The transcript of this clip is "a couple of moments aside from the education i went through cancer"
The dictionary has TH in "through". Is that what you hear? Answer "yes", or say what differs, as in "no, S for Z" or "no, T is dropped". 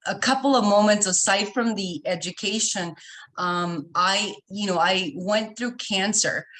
yes